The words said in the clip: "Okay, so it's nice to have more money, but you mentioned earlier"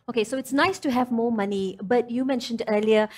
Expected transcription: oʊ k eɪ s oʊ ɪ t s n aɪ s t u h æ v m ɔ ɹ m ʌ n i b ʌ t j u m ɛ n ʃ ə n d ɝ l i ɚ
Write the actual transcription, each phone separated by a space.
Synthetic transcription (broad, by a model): oʊ k eɪ s oʊ ɪ t s n aɪ s t u h æ v m ɔ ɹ m ʌ n i b ʌ t j u m ɛ n ʃ ə n d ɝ l i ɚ